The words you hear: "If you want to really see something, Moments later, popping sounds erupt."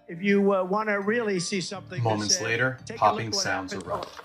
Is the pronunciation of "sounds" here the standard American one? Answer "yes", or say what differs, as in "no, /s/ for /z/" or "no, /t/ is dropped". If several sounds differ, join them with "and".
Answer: yes